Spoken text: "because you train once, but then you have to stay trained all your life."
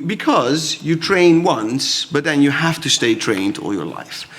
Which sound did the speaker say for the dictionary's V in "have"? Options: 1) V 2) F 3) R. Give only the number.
2